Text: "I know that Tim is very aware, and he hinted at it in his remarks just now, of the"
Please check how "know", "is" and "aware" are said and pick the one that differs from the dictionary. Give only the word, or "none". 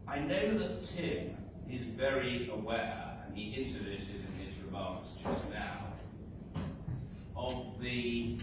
none